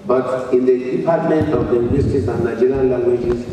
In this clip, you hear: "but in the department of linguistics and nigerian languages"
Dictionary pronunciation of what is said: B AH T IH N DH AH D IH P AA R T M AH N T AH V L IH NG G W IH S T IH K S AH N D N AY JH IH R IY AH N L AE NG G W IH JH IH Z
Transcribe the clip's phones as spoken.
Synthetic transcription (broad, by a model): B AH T IH N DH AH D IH P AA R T M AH N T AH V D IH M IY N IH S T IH S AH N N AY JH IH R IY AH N L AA NG G W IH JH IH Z